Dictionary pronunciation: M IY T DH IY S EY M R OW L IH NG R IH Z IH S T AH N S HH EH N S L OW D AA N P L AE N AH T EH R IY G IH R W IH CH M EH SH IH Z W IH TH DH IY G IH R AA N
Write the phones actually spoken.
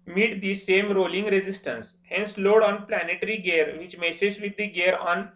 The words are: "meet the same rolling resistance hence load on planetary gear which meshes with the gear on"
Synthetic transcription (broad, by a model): M IY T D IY S EY M R OW L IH NG R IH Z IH S T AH N S HH EH N S L OW D AA N P L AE N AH T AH R IY G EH R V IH CH M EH S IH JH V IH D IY G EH R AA N